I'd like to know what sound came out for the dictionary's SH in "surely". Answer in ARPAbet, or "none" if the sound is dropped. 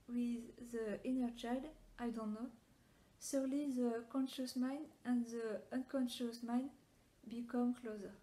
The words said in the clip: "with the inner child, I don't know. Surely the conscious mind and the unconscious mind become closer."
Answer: S